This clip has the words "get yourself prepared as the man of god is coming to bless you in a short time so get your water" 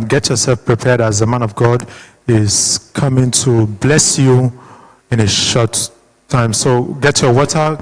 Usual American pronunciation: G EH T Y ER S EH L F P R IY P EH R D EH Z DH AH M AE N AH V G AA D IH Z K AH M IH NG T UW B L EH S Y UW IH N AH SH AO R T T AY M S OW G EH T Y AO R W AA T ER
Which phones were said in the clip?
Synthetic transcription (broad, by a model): G EH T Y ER S EH L F P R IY P EH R D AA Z DH AH M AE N AH V G AA D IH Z K AH M IH NG T UW B L EH S Y UW IH N AH SH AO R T T AY M S OW G EH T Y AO W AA T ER